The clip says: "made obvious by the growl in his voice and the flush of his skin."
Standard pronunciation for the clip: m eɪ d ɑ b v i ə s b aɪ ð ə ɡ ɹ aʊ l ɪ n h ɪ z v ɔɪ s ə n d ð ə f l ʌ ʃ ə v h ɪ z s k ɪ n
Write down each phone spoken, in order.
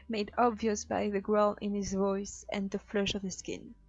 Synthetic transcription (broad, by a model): m eɪ d ɑ b v i ə s b aɪ ð ə ɡ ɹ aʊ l ɪ n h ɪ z v ɔɪ s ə n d ð ə f l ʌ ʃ ə v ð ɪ s k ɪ n